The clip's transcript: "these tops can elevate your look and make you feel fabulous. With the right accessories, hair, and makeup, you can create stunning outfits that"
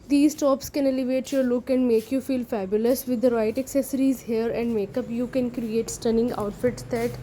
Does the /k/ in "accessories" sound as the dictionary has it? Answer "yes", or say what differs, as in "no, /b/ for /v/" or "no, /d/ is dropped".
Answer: yes